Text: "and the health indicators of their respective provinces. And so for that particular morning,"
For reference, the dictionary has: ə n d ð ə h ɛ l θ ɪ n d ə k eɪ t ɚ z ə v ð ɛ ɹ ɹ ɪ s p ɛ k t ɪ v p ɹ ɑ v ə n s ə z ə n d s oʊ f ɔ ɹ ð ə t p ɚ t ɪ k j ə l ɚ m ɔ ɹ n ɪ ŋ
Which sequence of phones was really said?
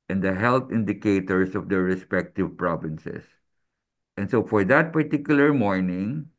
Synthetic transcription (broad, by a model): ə n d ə h ɛ l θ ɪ n d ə k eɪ t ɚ s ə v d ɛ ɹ ɹ ɪ s p ɛ k t ɪ v p ɹ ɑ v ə n s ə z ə n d s oʊ f ɔ ɹ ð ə t p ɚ t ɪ k j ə l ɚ m ɔ ɹ n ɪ ŋ